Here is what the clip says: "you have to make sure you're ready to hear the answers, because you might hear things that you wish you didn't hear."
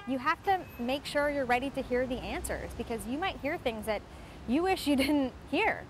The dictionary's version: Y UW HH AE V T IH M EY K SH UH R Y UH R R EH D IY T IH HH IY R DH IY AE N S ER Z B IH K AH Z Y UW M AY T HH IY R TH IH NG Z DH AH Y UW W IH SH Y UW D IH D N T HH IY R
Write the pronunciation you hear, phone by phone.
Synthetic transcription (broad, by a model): Y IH HH AE F T IH M EY K SH UH R Y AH R R EH D IY T IH HH IY R DH IY AE N S ER Z B IH K AH Z Y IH M AY T HH IY R TH IH NG Z DH AH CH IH W IH SH Y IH D IH D N T HH IY R